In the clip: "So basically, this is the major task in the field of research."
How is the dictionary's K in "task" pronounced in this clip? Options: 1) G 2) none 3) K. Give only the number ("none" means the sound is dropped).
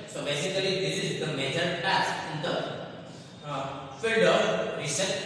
2